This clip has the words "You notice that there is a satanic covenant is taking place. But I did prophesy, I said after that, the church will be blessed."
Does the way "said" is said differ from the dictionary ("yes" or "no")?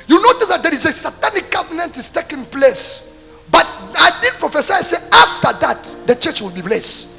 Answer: yes